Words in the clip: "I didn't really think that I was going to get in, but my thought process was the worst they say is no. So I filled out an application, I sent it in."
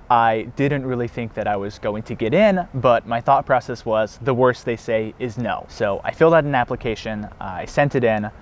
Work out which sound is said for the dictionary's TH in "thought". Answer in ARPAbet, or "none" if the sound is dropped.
TH